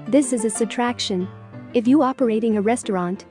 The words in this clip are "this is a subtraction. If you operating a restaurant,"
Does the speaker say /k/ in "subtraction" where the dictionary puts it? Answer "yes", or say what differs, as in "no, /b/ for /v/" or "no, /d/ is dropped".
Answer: yes